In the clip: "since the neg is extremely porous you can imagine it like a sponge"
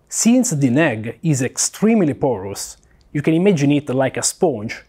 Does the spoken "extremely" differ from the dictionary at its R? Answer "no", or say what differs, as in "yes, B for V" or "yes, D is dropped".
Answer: no